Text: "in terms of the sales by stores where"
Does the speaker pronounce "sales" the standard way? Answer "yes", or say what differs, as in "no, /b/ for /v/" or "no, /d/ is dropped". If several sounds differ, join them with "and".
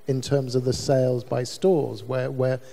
yes